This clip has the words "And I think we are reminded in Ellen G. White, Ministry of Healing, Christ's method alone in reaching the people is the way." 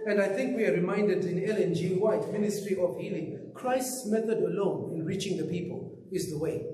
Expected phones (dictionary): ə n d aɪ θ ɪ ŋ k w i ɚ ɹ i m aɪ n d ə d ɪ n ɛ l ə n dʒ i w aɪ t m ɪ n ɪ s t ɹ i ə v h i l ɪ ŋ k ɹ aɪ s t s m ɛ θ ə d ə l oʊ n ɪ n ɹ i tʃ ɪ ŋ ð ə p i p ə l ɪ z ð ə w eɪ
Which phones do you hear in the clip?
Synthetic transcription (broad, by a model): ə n d aɪ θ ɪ ŋ k w i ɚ ɹ i m aɪ n d ə d ɪ n ɛ l ə n dʒ i w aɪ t m ɪ n ɪ s t ɹ i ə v h i l ɪ ŋ k ɹ aɪ s t s m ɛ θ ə d ə l oʊ n ɪ n ɹ i tʃ ɪ ŋ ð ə p i p ə l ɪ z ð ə w eɪ